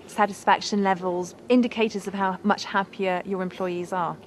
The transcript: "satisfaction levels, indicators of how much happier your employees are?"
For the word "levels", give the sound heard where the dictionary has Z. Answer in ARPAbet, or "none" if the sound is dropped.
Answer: Z